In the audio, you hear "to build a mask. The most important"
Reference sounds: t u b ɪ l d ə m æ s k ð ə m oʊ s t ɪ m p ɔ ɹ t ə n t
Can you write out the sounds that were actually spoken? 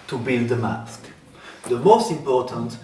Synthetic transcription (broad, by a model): t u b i n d ə m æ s k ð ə m oʊ s t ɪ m p ɔ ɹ t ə n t